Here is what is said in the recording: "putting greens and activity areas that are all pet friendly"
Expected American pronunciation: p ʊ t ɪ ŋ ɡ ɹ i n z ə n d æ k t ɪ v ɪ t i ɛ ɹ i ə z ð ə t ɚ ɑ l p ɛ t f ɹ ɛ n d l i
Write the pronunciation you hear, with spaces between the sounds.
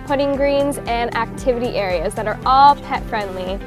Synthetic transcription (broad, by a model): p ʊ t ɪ ŋ ɡ ɹ i n z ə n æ k t ɪ v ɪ t i ɛ ɹ i ə z ð ə t ɚ ɑ l p ɛ t f ɹ ɛ n d l i